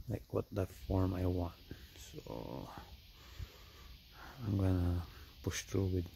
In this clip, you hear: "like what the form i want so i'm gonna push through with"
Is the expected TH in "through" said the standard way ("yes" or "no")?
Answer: no